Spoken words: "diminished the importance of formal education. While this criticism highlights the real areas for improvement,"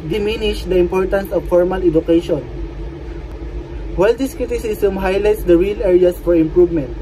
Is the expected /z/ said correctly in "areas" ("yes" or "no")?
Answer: no